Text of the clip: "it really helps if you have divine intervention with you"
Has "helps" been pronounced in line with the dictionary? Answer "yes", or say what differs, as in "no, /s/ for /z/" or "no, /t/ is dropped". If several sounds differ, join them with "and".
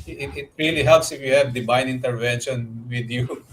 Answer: yes